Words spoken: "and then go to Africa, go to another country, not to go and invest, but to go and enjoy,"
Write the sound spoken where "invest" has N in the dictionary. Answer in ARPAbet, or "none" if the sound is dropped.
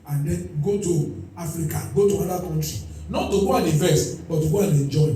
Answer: none